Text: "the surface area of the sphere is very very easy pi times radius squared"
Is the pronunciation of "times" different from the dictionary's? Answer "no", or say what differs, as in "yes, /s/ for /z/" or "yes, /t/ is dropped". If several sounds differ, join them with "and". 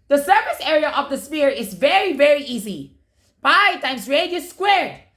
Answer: yes, /s/ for /z/